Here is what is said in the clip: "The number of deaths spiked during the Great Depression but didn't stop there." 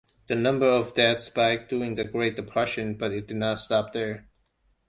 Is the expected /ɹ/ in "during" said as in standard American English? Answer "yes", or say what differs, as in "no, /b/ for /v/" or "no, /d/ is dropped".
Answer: no, /ɹ/ is dropped